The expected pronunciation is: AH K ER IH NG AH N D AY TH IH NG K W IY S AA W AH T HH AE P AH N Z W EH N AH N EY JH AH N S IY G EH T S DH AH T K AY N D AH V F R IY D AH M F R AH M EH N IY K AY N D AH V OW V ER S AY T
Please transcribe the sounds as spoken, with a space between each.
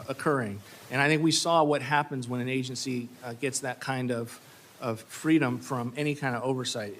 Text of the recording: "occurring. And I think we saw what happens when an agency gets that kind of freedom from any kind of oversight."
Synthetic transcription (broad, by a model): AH K ER IH NG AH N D AY TH IH NG K W IY S AA W AH T HH AE P AH N Z W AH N AH N EY JH AH N S IY G EH T S DH AH T K AY N D AH V F R IY D AH M F R AH M EH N IY K AY N D AH V OW V ER S AY T